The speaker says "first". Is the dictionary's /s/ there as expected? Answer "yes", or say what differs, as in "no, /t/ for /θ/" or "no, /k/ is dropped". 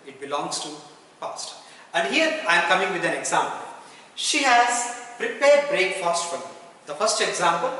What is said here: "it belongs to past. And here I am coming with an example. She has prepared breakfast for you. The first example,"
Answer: yes